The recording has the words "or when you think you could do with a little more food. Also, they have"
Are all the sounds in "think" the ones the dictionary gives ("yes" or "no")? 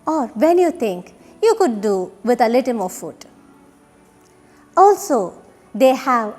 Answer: no